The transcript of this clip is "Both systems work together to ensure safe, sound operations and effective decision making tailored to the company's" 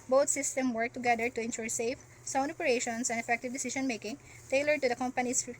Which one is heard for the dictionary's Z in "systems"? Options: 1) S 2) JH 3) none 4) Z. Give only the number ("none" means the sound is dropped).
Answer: 3